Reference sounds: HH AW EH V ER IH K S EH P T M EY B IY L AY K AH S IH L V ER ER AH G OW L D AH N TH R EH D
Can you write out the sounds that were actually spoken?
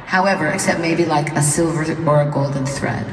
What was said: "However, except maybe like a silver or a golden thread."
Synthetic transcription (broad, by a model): HH AW EH V ER IH K S EH P T M EY B IY L AY K AH S IH L V ER ER AH G OW L D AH N TH R EH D